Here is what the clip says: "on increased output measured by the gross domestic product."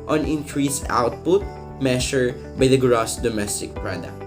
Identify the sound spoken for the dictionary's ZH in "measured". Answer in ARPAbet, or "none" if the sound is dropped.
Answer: SH